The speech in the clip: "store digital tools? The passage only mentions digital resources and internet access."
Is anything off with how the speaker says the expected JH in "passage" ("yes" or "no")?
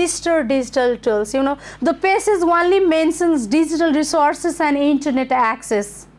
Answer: yes